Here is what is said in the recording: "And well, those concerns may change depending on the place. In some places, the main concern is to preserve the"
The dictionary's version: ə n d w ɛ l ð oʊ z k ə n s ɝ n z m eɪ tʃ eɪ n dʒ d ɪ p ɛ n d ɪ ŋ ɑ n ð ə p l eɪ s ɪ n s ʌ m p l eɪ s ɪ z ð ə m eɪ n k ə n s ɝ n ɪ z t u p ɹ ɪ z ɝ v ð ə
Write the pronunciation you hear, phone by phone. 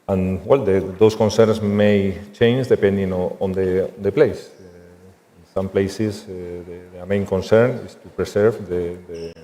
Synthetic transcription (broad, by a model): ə n w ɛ l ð oʊ s k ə n s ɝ n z m eɪ tʃ eɪ n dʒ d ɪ p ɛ n d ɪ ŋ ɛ n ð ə p l eɪ s ɪ n s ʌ m p l eɪ s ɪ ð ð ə m eɪ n k ə n s ɝ n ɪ s t u p ɹ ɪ s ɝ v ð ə